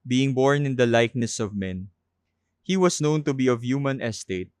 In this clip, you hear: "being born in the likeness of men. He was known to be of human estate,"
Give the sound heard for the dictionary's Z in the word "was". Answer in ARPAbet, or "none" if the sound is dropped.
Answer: S